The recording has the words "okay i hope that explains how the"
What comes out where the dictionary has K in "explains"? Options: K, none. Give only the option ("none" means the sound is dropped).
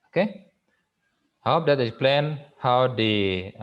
none